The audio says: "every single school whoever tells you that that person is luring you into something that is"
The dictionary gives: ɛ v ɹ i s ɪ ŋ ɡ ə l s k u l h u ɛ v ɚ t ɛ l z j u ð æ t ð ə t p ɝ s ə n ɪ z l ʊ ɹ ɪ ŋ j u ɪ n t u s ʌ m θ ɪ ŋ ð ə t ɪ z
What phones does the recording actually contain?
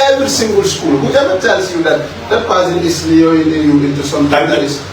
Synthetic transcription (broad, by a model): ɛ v ɹ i s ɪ ŋ ɡ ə l s k u l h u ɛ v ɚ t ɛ l s j u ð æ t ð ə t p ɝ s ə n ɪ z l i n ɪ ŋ j u ɪ n t u s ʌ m t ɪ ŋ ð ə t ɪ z